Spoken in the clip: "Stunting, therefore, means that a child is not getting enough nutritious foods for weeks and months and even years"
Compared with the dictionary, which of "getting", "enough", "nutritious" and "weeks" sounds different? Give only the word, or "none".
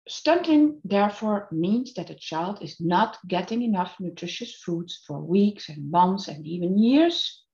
none